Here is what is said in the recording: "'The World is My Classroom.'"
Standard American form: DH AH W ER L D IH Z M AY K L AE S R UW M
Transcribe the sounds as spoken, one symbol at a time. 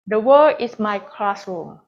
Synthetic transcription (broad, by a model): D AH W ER D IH S M AY K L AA S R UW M